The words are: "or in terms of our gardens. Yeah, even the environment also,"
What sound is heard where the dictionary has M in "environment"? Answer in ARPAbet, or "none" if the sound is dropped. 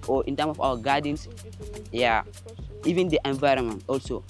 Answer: M